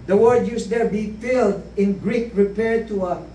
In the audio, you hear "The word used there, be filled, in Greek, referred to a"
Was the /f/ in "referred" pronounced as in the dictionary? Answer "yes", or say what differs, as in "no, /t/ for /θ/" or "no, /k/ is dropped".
no, /p/ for /f/